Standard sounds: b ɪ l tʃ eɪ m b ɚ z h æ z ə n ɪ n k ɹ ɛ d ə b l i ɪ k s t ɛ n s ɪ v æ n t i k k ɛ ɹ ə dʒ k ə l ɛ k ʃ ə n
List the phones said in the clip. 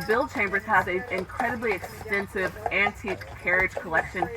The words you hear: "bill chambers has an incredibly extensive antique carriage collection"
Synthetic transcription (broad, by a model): b ɪ l tʃ eɪ m b ɚ z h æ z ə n ɪ n k ɹ ɛ d ə b l i ɪ k s t ɛ n s ɪ v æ n t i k k ɛ ɹ ə dʒ k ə l ɛ k ʃ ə n